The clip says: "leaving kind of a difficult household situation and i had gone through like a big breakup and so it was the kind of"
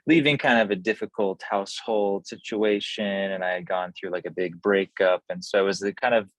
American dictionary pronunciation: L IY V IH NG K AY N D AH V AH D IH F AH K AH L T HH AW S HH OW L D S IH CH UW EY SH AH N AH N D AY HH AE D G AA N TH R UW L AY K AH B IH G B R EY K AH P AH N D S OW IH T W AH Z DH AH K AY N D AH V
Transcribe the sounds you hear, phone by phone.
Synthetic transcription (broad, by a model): L IY V IH NG K AY N D AH V AH D IH F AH K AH L T HH AW S HH OW L D S IH CH UW EY SH AH N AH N AY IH D G AA N TH R UW L AY K AH B IH G B R EY K AH P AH N S OW IH T W AH Z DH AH K AY N D AH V